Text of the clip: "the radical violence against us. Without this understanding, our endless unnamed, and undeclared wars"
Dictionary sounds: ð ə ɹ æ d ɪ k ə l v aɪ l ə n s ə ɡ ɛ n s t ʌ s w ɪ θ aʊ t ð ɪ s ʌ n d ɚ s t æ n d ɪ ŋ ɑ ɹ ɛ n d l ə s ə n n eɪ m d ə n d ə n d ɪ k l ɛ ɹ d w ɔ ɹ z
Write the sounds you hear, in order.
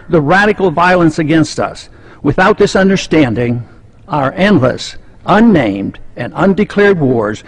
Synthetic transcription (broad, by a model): ð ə ɹ æ d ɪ k l v aɪ l ə n s ə ɡ ɛ n s t ʌ s w ɪ θ aʊ t ð ɪ s ʌ n d ɚ s t æ n d ɪ ŋ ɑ ɹ ɛ n d l ə s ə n n eɪ m d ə n ə n d ɪ k l ɛ ɹ d w ɔ ɹ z